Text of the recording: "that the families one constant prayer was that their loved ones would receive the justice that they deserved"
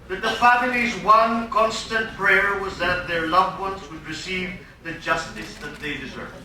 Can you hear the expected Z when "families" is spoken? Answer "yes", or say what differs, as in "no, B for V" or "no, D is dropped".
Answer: yes